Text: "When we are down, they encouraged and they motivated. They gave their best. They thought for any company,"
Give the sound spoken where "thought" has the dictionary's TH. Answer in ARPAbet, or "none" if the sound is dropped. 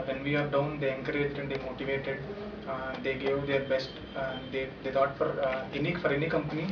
F